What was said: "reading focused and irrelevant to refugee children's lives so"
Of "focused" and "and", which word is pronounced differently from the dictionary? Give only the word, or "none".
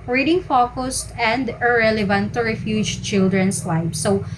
none